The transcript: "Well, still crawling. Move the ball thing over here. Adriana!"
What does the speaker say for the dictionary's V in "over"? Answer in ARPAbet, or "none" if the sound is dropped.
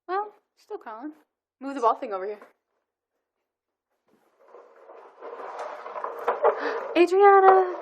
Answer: V